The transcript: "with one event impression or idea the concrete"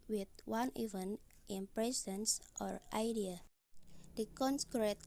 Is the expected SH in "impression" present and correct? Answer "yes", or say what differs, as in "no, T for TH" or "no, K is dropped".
no, S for SH